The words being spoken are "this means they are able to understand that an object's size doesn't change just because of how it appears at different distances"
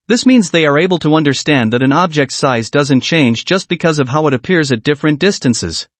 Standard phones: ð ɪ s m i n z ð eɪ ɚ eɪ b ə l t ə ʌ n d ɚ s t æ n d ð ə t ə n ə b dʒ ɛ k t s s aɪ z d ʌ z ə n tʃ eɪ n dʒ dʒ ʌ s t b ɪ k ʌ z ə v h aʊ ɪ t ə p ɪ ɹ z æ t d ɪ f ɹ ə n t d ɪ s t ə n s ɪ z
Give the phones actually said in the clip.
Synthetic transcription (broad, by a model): ð ɪ s m i n z ð eɪ ɚ eɪ b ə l t ə ʌ n d ɚ s t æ n ð ə t ə n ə b dʒ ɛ k t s s aɪ z d ʌ z ə n tʃ eɪ n dʒ dʒ ʌ s t b ɪ k ʌ z ə v h aʊ ɪ t ə p ɪ ɹ z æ t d ɪ f ɹ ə n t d ɪ s t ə n s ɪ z